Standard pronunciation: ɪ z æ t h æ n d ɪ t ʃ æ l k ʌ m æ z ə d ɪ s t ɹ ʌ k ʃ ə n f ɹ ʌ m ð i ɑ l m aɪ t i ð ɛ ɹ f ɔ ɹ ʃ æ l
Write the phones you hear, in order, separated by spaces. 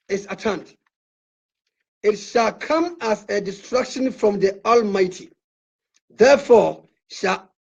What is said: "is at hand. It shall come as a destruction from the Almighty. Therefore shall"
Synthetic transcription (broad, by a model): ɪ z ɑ t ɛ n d ɪ t ʃ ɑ l k ʌ m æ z ə d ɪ s t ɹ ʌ k ʃ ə n f ɹ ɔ m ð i ɑ l m aɪ t i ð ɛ f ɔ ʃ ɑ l